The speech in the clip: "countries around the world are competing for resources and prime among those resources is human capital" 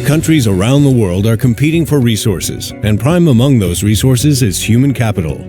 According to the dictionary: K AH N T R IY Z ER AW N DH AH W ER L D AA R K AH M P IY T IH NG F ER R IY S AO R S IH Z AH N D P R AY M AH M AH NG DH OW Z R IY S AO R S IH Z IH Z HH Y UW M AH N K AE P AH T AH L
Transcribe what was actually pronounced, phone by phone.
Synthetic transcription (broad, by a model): K AH N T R IY Z ER AW N DH AH W ER L D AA R K AH M P IY T IH NG F ER R IY S AO R S IH Z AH N P R AY M AH M AH NG DH OW Z R IY S AO R S IH Z IH Z HH Y UW M AH N K AE P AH T L